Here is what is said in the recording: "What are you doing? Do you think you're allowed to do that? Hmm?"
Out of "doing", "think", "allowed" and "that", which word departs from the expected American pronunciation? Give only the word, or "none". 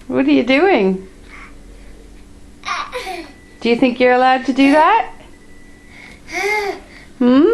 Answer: none